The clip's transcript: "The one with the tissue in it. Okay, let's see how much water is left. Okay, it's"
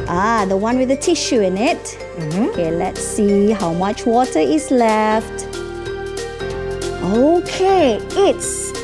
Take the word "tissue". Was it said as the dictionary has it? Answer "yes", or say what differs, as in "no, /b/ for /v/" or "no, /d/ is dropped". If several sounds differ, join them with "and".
yes